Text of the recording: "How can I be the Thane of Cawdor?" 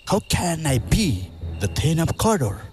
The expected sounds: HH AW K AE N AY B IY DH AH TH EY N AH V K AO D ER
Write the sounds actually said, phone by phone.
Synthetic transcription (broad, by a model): HH AW K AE N AY B IY DH AH T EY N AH P K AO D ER